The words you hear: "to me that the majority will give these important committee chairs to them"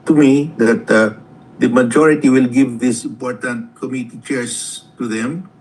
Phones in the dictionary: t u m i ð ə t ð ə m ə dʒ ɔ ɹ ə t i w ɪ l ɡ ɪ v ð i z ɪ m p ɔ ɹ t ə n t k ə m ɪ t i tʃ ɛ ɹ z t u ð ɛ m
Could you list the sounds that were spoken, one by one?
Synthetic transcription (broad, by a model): t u m i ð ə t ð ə m ə dʒ ɔ ɹ ə t i w ɪ l ɡ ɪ v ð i s ɪ m p ɔ ɹ t ə n t k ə m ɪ t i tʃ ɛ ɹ s t u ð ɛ m